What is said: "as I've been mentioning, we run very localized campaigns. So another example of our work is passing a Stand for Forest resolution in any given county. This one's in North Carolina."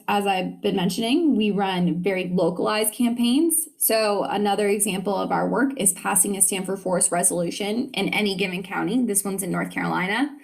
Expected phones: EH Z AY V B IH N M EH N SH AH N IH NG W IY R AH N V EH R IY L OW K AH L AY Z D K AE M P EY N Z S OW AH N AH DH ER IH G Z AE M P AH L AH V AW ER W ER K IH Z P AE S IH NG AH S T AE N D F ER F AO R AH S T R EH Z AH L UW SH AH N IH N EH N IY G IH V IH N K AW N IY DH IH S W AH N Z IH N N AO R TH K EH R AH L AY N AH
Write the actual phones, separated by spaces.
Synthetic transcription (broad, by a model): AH Z AY V B IH N M EH N SH AH N IH NG W IY R AH N V EH R IY L OW K AH L AY Z D K AE M P EY N Z S OW AH N AH DH ER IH G Z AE M P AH L AH V AW ER W ER K IH Z P AE S IH NG AH S T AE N F ER F AO R S T R EH Z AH L UW SH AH N IH N EH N IY G IH V IH N K AW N IY DH IH S W AH N Z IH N N AO R TH K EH R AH L AY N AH